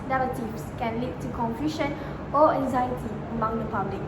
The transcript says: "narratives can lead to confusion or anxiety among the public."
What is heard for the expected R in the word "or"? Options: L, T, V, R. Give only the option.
L